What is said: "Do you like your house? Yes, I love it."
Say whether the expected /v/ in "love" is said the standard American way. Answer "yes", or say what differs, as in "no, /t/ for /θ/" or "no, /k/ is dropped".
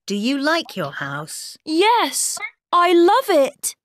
yes